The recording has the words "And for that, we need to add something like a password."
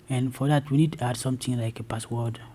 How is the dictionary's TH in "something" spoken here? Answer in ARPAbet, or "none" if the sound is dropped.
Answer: T